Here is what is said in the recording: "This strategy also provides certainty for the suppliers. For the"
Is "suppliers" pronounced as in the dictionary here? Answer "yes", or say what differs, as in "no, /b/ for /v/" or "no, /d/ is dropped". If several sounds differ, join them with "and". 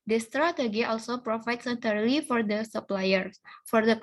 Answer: no, /z/ is dropped